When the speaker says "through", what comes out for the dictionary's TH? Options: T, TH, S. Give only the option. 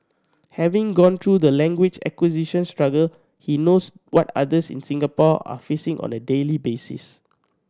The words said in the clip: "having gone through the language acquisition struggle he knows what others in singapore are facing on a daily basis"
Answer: T